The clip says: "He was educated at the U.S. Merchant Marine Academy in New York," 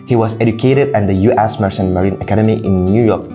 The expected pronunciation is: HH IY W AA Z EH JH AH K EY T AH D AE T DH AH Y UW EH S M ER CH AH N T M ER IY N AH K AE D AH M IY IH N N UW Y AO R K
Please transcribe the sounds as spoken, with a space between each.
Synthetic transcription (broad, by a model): HH IY W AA S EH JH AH K EY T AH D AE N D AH Y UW EH S M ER S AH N M ER IY N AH K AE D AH M IY IH N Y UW Y AO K